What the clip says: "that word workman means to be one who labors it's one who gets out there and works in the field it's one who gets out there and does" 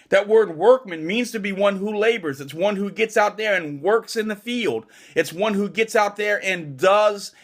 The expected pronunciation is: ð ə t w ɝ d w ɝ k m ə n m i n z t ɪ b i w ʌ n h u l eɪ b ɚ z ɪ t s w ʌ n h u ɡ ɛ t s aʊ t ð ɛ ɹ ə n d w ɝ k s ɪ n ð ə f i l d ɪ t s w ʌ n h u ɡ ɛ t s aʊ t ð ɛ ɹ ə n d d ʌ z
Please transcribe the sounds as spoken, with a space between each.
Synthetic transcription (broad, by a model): ð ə t w ɝ d w ɝ k m ə n m i n z t ɪ b i w ʌ n h u l eɪ b ɚ z ɪ t s w ʌ n h u ɡ ɛ t s aʊ t ð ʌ ɹ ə n w ɝ k s ɪ n ð ə f i l d ɪ t s w ʌ n h u ɡ ɛ t s aʊ t ð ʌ ɹ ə n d d ʌ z